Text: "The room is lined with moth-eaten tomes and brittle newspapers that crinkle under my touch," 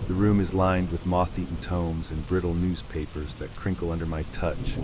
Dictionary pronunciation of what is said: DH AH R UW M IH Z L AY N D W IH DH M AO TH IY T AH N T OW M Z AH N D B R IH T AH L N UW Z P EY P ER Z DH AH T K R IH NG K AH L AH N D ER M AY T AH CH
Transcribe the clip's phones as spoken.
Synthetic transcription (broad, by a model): DH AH R UW M IH Z L AY N D W IH DH M AO TH IY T N T OW M Z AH N B R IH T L N UW Z P EY P ER Z DH AH T K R IH NG K L AH N D ER M AY T AH CH